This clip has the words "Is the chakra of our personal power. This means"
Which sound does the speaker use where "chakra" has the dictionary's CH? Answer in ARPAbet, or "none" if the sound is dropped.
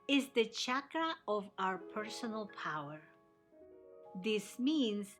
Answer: CH